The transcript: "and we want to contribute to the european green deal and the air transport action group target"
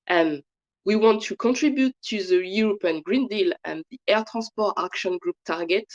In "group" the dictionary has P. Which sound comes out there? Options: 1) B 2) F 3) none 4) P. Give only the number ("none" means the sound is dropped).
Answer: 4